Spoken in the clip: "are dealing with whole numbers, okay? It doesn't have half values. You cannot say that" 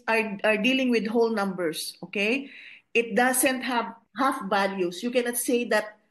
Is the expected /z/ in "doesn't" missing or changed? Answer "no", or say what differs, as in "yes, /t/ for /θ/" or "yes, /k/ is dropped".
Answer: yes, /s/ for /z/